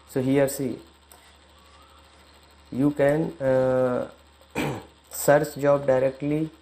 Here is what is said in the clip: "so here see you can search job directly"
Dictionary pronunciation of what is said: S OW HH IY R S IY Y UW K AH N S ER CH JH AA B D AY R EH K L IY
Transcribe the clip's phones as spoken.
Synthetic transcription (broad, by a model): S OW HH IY R S IY Y UW K AH N S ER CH JH AA B D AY R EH K L IY